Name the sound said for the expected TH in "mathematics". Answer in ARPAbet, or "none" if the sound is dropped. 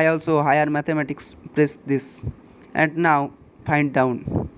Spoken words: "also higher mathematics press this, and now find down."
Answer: T